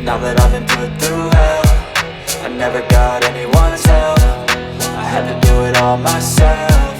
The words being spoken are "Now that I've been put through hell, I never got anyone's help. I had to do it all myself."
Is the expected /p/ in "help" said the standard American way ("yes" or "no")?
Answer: no